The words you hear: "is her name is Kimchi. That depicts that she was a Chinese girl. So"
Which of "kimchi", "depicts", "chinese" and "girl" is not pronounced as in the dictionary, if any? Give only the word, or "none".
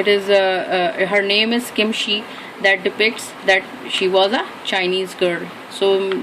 kimchi